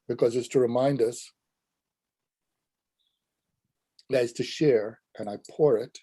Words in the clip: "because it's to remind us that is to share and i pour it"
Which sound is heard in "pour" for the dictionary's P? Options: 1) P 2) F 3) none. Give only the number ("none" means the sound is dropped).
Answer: 1